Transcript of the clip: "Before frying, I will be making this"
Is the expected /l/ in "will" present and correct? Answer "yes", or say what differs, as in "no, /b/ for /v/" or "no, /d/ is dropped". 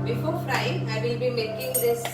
yes